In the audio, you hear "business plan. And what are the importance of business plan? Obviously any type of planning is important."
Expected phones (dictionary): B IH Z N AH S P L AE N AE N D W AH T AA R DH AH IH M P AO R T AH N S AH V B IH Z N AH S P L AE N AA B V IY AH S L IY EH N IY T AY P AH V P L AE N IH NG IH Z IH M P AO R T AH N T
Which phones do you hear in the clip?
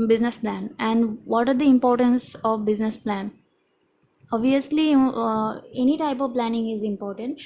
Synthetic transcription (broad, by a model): B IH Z N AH S P L AE N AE N D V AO T AA R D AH IH M P AO R T AH N S AH V B IH Z N AH S P L AE N AA B V IY AH S L IY EH N IY T AY P AH V P L AE N IH NG IH Z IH M P AO R T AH N T